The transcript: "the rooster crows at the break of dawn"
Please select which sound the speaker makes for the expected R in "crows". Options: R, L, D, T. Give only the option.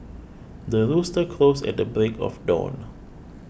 L